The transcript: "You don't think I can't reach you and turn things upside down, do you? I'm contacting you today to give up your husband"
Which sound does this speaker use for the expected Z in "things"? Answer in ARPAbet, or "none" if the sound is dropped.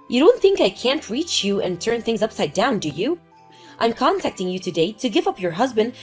Z